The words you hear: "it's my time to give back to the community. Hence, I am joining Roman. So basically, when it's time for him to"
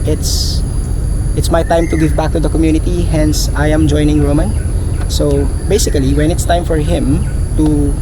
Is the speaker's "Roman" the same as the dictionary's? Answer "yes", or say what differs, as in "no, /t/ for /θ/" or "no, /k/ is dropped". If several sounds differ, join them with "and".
yes